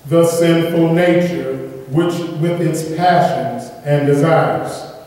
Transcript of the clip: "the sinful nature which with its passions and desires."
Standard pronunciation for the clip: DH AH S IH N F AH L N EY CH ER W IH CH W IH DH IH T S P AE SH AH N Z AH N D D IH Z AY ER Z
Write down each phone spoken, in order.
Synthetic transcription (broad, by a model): DH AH S IH N F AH L N EY CH ER W IH CH W IH DH IH T S P AE SH AH N Z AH N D D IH Z AY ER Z